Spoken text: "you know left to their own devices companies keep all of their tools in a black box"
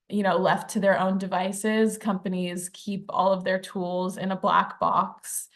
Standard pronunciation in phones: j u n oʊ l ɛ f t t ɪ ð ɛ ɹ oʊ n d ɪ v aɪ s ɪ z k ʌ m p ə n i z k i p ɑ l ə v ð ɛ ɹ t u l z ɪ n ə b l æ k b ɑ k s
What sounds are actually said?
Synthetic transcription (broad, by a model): j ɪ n oʊ l ɛ f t t ɪ ð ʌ ɹ oʊ n d ɪ v aɪ s ɪ z k ʌ m p ə n i z k i p ɑ l ə v ð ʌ ɹ t u l z ɪ n ə b l æ k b ɑ k s